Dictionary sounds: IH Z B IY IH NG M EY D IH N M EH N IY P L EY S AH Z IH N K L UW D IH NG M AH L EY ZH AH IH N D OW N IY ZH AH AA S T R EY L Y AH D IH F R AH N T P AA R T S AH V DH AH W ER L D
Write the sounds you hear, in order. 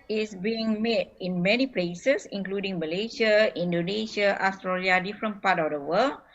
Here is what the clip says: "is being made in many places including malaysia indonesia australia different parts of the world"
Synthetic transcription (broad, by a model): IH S B IY IH NG M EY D IH N M EH N IY P L EY S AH S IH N K L UW D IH NG M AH L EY SH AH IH N D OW N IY SH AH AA S T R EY L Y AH D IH F R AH N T P AA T AH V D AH W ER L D